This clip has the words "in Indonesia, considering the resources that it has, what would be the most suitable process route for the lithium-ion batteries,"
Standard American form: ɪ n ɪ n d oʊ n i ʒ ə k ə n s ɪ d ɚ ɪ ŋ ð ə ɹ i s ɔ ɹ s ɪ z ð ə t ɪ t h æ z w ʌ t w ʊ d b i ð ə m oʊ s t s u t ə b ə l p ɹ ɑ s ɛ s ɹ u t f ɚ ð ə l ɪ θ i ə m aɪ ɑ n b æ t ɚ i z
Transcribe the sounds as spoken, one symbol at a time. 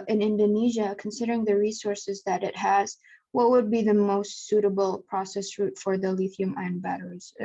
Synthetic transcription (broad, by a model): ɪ n ɪ n d oʊ n i ʒ ə k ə n s ɪ d ɚ ɪ ŋ ð ə ɹ i s ɔ ɹ s ɪ z ð ə t ɪ t h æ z w ʌ t w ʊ d b i ð ə m oʊ s t s u t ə b l p ɹ ɑ s ɛ s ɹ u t f ɚ ð ə l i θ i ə m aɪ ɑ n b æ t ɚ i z